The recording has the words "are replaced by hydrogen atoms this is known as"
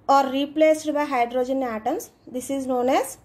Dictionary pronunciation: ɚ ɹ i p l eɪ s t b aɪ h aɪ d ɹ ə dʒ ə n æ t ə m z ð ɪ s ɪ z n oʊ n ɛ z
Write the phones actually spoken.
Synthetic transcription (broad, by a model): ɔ ɹ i p l eɪ s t b aɪ h aɪ d ɹ ə dʒ ə n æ t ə m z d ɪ s ɪ z n oʊ n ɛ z